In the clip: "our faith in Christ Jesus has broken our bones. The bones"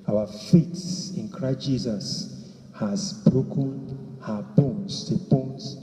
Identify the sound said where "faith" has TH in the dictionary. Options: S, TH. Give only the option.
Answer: S